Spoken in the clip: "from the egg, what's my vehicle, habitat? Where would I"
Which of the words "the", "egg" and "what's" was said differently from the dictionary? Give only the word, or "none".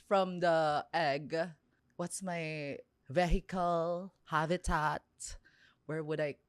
none